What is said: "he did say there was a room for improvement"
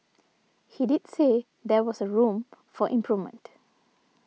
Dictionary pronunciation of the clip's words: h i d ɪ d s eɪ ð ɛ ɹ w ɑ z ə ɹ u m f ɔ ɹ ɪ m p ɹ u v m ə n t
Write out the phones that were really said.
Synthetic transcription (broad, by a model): h i d ɪ d s eɪ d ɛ w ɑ s ə ɹ u m f ɔ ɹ ɪ m p ɹ u v m ə n t